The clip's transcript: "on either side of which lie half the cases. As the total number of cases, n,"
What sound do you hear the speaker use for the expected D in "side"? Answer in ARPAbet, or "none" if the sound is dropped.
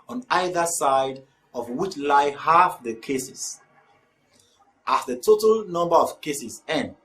D